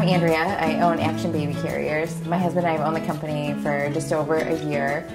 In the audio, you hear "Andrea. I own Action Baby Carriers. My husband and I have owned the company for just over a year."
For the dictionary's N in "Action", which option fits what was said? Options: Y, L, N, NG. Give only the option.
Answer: N